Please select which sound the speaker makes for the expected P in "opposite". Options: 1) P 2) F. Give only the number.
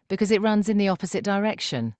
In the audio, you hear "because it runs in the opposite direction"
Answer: 1